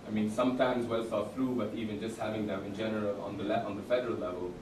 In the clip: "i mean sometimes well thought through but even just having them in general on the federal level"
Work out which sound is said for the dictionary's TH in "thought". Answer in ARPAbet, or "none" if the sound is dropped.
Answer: S